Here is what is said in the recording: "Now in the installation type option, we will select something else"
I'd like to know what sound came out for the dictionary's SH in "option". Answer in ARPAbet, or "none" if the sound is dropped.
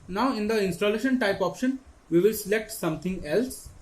SH